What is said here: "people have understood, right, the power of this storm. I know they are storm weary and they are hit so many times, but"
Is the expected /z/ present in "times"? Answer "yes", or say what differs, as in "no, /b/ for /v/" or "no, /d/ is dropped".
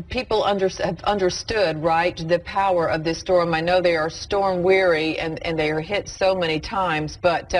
yes